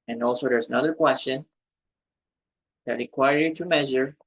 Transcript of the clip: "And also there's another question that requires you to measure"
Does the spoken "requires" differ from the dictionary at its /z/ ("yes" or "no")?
yes